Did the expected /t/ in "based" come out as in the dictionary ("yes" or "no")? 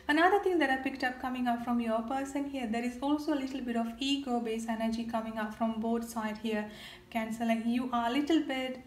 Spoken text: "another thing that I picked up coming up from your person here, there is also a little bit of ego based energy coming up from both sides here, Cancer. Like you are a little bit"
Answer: no